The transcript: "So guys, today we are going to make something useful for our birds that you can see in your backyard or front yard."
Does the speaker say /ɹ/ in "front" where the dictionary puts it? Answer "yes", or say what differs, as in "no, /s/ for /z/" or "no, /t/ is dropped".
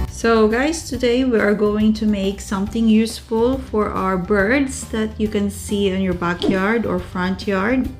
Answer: yes